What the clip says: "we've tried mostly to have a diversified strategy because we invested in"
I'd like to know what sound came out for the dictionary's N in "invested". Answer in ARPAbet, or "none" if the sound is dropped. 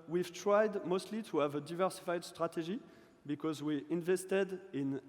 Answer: N